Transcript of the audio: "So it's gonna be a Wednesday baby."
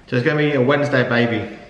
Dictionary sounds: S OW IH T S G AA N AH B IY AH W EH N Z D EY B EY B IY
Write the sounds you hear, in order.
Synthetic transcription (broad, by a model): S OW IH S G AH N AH B IY AH W EH N Z D EY B EY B IY